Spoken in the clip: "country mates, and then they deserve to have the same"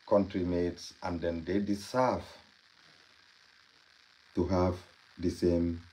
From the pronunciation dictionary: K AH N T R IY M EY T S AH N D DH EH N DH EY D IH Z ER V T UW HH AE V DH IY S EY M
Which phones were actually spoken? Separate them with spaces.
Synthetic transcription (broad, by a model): K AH N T R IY M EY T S AH N D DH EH N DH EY D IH S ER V T UW HH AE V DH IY S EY M